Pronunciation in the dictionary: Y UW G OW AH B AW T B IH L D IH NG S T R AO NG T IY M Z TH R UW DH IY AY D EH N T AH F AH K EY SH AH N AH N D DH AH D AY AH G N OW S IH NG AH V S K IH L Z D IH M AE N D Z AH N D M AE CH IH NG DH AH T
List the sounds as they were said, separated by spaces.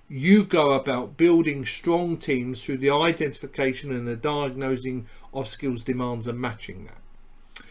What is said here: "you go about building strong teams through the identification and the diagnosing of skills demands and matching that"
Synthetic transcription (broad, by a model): Y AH G OW AH B AW T B IH L D IH NG S T R AO NG T IY M Z TH R UW DH IY AY D EH N T AH F AH K EY SH AH N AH N DH AH D AY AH G N OW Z IH NG AH V S K IH L Z D IH M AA N D Z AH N M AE CH IH NG DH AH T